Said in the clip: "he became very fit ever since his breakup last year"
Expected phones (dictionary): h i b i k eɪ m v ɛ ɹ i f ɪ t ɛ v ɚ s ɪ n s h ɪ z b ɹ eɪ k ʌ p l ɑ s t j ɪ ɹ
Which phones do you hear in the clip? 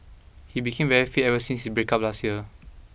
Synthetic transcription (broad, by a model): h i b i k eɪ m v ɛ ɹ i f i ɛ v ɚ s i n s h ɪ s b ɹ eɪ k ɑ p l ɑ s t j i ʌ